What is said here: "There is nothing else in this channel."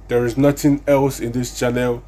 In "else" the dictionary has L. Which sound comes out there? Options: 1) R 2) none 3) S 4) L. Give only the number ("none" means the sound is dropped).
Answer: 4